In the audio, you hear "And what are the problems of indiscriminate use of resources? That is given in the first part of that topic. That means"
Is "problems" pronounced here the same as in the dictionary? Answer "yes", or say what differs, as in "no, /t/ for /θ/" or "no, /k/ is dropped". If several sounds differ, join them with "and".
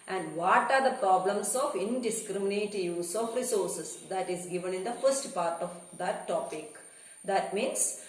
no, /s/ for /z/